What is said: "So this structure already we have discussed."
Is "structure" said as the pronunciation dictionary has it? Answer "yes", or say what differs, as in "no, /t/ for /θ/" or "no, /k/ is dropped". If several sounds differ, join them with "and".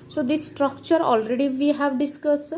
yes